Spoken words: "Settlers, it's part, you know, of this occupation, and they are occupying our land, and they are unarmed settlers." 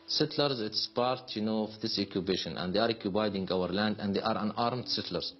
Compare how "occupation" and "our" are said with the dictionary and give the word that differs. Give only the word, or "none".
occupation